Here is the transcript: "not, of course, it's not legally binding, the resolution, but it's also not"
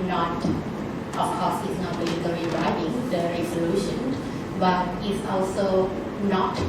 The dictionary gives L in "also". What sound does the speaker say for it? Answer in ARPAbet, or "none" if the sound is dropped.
L